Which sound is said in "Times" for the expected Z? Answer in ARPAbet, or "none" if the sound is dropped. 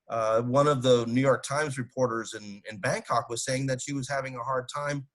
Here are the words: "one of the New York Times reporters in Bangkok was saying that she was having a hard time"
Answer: Z